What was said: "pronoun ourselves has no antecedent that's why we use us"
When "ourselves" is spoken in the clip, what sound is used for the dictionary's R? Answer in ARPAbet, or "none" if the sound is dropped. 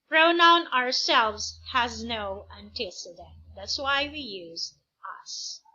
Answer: R